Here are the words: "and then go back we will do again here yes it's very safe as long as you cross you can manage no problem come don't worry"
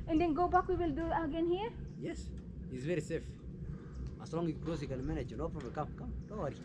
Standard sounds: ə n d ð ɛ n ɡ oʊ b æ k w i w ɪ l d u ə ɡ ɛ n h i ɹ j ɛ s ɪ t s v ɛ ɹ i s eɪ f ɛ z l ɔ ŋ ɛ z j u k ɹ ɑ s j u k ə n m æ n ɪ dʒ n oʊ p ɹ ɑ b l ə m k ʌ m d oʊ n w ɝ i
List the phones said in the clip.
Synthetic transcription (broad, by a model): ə n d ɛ n ɡ oʊ b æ k w i w ɪ l d u ə ɡ ɛ n h i ɹ j ɛ s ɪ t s v ɛ ɹ i s eɪ f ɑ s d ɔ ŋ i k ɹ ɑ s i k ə l m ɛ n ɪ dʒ n oʊ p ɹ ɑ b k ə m k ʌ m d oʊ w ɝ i